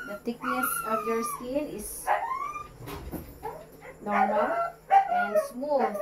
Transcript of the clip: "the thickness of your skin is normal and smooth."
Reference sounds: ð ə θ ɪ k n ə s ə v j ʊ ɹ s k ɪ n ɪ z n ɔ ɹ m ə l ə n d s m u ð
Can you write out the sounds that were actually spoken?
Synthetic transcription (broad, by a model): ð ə t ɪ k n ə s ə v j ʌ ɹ s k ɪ l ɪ s n ɔ ɹ m ə l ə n s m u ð